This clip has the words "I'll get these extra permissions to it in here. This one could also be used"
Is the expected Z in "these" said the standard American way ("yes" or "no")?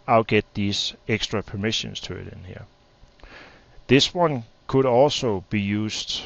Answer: no